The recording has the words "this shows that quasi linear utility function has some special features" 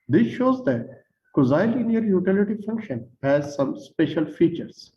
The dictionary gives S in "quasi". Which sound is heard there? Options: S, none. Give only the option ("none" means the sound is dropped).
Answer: none